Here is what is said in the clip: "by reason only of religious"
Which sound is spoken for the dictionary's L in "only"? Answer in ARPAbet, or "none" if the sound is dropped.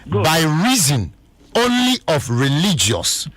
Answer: L